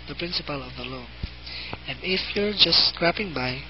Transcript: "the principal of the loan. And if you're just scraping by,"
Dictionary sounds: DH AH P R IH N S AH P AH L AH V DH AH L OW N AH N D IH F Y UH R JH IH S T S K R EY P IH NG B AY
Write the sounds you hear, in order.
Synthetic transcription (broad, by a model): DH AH P R IH N S AH P AH L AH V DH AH L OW AH N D IH F Y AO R JH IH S S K R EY P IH NG B AY